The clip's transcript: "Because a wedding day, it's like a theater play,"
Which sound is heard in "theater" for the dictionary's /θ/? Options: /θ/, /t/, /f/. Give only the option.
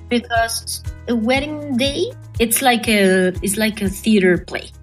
/θ/